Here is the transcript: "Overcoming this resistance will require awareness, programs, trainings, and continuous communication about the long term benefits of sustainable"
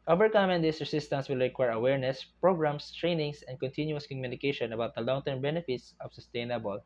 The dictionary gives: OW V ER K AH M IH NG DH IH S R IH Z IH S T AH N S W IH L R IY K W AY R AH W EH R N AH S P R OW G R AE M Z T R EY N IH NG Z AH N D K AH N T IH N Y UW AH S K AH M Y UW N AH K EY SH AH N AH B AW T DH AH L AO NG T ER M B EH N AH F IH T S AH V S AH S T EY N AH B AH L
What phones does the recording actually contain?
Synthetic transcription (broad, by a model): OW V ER K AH M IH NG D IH S R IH S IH S T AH N S W IH L R IY K W AY R AH W EH R N AH S P R OW G R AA M S T R EY N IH NG S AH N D K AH N T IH N Y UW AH S K AH M Y UW N AH K EY SH AH N AH B AW T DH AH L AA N T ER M B EH N AH F IH T S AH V S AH S T EY N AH B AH L